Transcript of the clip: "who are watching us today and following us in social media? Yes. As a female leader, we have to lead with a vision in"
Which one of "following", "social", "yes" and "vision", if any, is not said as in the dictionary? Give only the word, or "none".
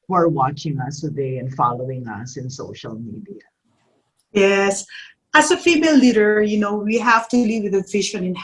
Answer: vision